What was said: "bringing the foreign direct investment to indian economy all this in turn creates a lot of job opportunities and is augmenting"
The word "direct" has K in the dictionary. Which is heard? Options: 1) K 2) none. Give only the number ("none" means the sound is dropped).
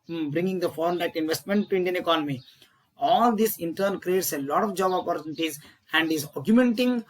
2